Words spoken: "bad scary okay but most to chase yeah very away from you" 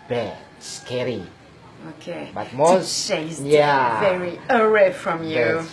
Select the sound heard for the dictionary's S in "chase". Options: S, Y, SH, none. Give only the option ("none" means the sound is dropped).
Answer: none